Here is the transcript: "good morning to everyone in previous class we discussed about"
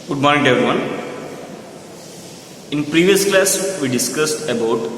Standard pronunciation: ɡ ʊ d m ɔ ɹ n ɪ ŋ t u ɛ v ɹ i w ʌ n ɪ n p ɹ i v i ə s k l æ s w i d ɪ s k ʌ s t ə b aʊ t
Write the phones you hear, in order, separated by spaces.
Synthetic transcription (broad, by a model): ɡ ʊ d m ɔ ɹ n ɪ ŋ t u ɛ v ɹ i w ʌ n ɪ n p ɹ i v i ə s k l æ s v i d ɪ s k ʌ s t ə b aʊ t